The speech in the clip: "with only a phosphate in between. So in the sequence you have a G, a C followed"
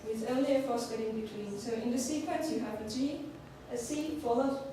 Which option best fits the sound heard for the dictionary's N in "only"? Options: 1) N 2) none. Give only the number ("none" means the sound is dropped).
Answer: 2